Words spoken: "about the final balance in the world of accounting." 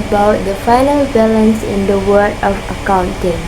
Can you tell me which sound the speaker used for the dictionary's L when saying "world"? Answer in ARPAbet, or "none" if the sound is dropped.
none